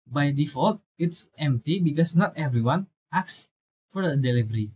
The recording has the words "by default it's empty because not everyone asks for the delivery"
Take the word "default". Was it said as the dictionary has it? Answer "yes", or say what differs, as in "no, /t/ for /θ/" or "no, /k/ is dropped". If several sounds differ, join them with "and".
yes